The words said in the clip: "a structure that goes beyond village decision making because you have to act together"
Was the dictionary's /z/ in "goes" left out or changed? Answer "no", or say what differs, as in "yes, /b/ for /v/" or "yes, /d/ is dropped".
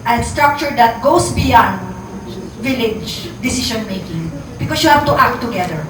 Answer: yes, /s/ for /z/